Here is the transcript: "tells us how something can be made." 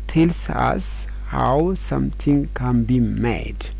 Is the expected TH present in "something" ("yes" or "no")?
no